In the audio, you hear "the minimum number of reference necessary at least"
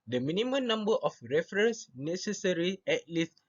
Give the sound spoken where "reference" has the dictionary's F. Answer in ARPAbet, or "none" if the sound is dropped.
F